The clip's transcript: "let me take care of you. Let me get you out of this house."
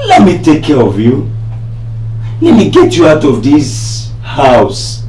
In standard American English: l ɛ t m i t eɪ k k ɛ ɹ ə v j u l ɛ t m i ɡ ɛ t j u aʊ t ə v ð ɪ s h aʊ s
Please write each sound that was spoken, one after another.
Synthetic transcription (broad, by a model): l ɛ t m i t eɪ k k ɛ ɹ ə v j u n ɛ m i ɡ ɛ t j u aʊ t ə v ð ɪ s h aʊ s